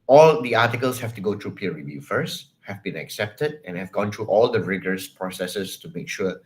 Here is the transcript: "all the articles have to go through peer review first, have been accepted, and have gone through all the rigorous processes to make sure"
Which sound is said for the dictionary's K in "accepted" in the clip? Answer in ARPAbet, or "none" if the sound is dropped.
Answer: K